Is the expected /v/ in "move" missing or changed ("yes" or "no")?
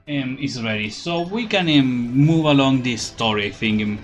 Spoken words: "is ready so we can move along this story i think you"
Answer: no